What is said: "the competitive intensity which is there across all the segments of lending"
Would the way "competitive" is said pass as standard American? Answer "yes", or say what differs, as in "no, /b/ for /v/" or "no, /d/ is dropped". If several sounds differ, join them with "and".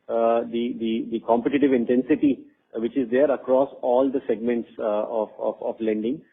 yes